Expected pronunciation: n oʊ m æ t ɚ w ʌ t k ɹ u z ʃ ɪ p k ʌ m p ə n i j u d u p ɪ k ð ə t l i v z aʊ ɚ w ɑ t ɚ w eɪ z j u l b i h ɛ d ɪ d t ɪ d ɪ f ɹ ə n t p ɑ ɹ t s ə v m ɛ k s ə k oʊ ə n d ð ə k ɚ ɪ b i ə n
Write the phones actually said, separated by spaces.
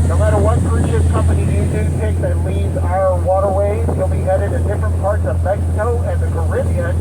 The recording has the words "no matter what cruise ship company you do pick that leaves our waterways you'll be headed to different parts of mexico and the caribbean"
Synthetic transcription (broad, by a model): n oʊ m æ t ɚ w ʌ t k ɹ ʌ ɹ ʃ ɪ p k ʌ m p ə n i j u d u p ɪ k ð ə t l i z aʊ ɚ w ɑ t ɚ w eɪ z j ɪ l b i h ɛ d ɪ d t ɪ d ɪ f ɹ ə n p ɑ ɹ t s ə v m ɛ k s ə k oʊ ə n ð ə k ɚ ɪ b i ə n